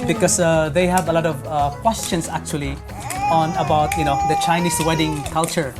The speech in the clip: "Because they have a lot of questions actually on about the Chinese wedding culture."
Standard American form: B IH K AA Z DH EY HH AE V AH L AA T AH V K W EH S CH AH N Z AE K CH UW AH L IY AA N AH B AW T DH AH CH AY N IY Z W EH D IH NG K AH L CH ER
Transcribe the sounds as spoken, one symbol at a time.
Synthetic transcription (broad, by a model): B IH K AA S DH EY HH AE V AH L AA T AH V K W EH S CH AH N S AE K CH UW AH L IY AA N AH B AW T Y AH CH AY N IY S W EH D IH NG K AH L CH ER